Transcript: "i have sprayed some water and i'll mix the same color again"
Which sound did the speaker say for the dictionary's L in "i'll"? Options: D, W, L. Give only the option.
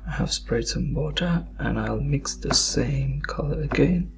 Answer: L